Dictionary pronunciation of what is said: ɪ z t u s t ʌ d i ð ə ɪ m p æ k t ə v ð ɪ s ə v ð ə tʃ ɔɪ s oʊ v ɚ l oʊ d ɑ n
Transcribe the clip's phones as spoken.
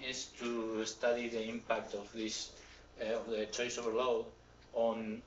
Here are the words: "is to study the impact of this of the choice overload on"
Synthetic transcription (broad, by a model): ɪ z t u s t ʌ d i ð ə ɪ m p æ k t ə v ð ɪ s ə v ð ə tʃ ɔɪ s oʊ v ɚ l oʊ ɑ n